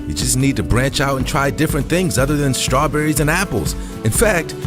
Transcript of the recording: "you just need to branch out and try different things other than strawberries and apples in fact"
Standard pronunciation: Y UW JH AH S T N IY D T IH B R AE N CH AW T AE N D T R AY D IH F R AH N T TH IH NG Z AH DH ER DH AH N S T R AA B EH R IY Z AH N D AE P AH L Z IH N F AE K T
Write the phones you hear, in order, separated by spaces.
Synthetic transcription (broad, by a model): Y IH JH AH S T N IY D T IH B R AE N CH AW T N T R AY D IH F R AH N TH IH NG Z AH DH ER DH AH N S T R AA B EH R IY Z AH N AE P L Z IH N F AE K T